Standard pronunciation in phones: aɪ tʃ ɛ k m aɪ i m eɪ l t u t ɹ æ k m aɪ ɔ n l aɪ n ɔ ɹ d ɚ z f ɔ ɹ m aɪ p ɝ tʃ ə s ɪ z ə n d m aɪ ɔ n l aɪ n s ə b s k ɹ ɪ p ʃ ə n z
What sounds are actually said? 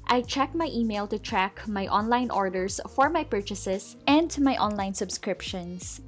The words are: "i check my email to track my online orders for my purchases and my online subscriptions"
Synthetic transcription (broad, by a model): aɪ tʃ ɛ k m aɪ i m eɪ l t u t ɹ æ k m aɪ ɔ n l aɪ n ɔ ɹ d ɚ s f ɔ ɹ m aɪ p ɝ tʃ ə s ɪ s ə n d m aɪ ɔ n l aɪ n s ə b s k ɹ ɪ p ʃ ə n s